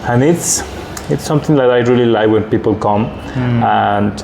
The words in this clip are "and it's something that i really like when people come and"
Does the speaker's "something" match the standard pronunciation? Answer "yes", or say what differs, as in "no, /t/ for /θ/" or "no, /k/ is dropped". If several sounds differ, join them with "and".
no, /t/ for /θ/